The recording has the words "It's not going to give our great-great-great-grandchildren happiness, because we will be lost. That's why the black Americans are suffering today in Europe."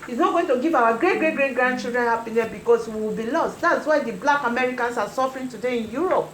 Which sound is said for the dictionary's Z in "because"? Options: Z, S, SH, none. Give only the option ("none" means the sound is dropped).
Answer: S